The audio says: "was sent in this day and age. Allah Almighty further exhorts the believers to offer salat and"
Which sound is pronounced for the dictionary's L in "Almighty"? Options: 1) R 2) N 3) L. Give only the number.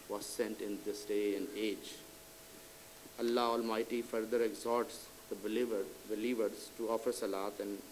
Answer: 3